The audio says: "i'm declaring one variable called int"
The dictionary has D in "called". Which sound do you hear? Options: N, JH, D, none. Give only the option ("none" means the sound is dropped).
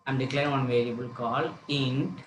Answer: none